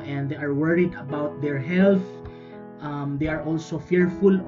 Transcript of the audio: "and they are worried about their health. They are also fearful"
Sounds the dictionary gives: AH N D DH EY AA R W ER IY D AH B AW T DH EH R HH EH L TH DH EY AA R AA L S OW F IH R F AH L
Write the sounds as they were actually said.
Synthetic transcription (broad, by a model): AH N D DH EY AA R W ER IY D AH B AW T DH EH R HH EH L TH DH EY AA R AA L S OW F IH R F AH L